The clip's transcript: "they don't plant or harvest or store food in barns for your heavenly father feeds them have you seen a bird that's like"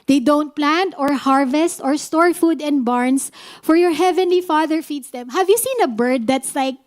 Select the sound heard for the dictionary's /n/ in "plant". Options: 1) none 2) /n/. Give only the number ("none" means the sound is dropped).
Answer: 2